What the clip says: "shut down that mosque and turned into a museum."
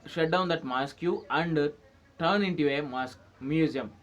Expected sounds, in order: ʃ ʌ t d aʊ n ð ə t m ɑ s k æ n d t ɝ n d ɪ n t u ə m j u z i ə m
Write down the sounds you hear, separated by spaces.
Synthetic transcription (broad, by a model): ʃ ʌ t d aʊ n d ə t m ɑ s k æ n d t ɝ n ɪ n t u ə m j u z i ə m